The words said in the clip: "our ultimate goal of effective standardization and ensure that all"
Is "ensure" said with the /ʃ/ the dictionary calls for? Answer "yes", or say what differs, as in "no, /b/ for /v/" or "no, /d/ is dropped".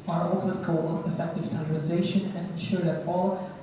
yes